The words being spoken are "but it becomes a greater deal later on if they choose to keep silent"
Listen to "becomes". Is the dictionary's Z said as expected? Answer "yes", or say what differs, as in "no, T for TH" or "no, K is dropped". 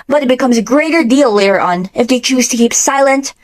yes